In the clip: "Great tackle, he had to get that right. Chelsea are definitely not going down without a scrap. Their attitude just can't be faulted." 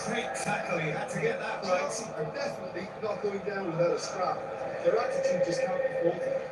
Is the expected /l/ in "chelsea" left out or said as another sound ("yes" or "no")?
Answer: yes